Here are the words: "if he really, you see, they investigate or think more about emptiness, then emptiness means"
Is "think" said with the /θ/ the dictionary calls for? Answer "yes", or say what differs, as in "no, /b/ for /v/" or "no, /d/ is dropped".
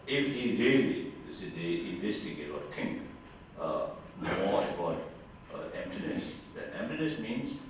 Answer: no, /t/ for /θ/